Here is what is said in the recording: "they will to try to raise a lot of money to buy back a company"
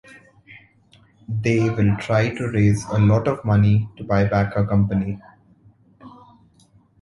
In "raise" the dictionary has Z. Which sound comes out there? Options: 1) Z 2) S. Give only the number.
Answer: 1